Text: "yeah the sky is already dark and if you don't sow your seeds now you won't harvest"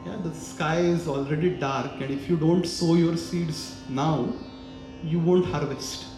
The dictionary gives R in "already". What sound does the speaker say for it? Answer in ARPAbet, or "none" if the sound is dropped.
R